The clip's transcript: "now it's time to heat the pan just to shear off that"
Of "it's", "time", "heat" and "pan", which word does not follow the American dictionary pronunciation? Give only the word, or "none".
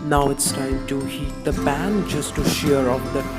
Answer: pan